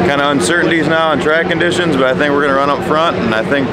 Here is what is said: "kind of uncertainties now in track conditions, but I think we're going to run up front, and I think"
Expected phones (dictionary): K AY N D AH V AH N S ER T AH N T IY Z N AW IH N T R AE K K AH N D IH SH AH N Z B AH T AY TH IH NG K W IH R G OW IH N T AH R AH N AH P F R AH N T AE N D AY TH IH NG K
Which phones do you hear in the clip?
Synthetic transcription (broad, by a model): K AY N D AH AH N S ER T N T IY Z N AW IH N T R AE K K AH N D IH SH AH N Z B AH T AY TH IH NG K W IH R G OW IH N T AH R AH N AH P F R AH N T N AY TH IH NG K